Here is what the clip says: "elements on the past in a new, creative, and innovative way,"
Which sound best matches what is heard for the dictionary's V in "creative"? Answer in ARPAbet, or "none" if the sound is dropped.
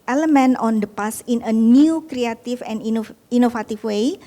F